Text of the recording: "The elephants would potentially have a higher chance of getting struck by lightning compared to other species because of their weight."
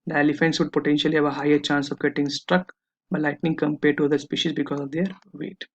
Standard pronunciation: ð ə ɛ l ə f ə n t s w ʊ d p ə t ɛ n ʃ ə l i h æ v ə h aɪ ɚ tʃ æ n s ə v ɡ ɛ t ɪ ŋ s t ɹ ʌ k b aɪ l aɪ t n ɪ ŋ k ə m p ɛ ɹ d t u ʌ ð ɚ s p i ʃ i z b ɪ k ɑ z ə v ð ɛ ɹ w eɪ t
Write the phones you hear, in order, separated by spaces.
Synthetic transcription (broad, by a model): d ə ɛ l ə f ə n s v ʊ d p ə t ɛ n ʃ ə l i h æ v ə h aɪ ɚ tʃ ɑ n s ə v ɡ ɛ t ɪ ŋ s t ɹ ʌ k b aɪ l aɪ t n ɪ ŋ k ə m p ɛ ɹ d t u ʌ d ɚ s p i ʃ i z b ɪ k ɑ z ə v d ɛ ɹ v eɪ t